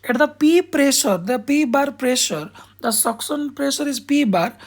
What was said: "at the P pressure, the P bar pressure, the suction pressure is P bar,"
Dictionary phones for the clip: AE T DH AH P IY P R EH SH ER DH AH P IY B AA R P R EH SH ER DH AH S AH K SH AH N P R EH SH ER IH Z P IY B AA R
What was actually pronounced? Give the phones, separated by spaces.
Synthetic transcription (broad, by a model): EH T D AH P IY P R EH SH ER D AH P IY B AA R P R EH SH ER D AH S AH K S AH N P R EH SH ER IH Z P IY B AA R